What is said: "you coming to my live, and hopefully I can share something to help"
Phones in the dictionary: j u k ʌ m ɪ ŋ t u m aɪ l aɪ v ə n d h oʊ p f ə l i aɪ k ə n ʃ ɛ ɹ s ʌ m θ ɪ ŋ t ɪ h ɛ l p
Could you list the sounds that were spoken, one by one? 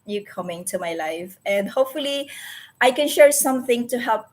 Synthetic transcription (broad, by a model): j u k ʌ m ɪ ŋ t u m aɪ l aɪ f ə n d h oʊ p f ə l i aɪ k ə n ʃ ɛ ɹ s ʌ m θ ɪ ŋ t ɪ h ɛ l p